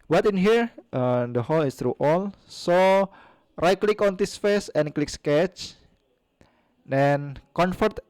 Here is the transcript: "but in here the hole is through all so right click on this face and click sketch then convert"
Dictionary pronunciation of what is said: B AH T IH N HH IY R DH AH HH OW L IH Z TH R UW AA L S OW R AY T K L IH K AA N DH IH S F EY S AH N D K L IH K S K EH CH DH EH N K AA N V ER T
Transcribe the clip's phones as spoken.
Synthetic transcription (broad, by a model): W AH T IH N HH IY R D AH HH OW L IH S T R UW AA L S OW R AY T K L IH K AA N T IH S F EY S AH N K L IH K S K EH CH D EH N K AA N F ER T